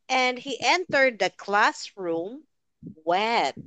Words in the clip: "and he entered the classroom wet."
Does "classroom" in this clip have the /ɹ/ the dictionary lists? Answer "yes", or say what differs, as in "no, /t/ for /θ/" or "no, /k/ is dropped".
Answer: yes